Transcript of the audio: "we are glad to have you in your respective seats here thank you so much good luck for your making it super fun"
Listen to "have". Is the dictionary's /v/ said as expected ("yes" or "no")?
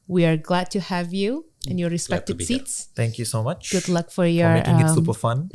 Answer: yes